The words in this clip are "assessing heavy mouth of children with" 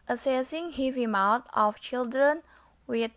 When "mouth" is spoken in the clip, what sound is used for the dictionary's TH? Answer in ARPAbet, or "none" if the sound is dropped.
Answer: T